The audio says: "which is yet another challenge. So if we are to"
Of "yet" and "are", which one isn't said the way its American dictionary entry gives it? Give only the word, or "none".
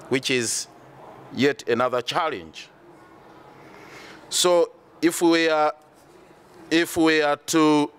are